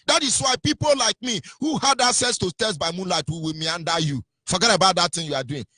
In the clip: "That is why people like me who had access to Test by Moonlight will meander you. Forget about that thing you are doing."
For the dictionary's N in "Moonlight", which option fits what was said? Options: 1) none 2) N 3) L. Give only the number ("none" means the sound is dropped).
2